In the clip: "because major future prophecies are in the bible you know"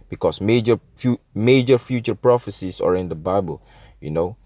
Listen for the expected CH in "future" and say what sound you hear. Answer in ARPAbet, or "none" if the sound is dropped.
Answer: CH